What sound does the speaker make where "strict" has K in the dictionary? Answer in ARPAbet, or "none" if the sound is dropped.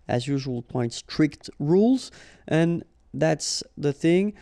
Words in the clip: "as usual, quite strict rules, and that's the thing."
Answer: K